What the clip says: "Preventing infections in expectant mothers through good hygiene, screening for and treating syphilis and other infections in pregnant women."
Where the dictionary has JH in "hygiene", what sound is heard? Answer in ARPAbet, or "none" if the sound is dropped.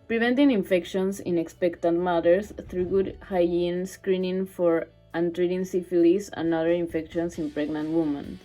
none